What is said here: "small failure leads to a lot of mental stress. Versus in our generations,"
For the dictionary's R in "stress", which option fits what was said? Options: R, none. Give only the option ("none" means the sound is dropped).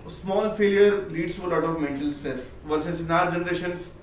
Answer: none